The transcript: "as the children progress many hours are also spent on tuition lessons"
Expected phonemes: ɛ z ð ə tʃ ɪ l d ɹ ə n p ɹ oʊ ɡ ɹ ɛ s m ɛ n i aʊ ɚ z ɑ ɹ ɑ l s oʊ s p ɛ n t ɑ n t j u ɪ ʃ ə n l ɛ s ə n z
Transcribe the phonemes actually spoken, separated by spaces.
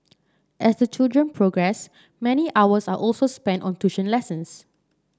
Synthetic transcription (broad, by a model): ɛ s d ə tʃ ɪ l d ɹ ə n p ɹ oʊ ɡ ɹ ɛ s m ɛ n i aʊ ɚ s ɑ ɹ ɑ l s oʊ s p ɛ n t ɑ n t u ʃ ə n l ɛ s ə n s